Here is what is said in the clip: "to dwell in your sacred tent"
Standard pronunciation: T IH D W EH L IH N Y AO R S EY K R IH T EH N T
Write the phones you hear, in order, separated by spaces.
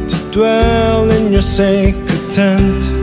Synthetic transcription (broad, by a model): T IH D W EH L IH N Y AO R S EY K IH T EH N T